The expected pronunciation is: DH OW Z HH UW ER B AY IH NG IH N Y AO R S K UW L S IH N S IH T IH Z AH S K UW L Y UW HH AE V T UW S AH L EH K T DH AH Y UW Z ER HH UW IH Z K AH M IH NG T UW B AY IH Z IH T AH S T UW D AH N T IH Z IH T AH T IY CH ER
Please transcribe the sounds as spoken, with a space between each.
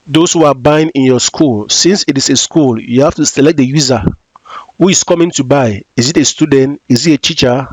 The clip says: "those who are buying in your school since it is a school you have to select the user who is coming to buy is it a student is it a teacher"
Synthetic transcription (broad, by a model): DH OW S HH UW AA B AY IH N IH N Y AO S K UW L S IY N S IH T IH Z AH S K UW L Y UW HH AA F T UW S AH L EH K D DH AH Y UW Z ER HH UW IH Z K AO M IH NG T UW B AY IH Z IH T AH S T UW D AH N T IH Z IH T AH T IY CH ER